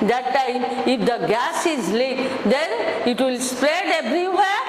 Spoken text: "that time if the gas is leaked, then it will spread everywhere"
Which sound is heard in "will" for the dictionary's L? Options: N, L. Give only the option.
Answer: L